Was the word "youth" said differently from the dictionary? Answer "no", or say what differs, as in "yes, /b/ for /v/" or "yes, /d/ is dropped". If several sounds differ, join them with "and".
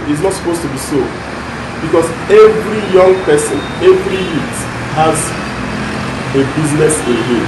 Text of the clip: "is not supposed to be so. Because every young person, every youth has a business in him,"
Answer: yes, /t/ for /θ/